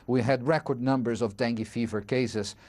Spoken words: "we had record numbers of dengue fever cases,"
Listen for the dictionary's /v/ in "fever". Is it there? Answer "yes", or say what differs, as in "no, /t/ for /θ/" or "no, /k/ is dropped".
yes